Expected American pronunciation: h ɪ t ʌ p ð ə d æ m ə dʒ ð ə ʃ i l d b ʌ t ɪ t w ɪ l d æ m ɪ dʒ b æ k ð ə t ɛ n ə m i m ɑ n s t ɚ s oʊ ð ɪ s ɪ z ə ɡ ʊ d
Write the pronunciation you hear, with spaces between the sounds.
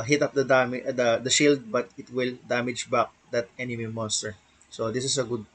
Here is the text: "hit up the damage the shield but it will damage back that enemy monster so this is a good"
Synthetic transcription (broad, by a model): h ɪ t ʌ p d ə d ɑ m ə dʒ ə ʃ i l d b ʌ t ɪ t w ɪ l d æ m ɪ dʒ b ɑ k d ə t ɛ n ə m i m ɑ n s t ɚ s oʊ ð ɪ s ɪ s ə ɡ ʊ d